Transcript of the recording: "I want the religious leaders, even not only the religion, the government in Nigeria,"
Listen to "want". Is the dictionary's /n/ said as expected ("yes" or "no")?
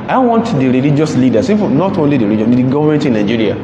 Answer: yes